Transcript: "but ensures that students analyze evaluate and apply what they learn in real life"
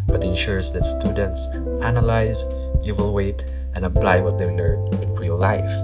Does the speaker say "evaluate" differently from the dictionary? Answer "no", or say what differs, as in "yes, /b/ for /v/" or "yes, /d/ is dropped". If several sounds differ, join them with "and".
yes, /w/ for /v/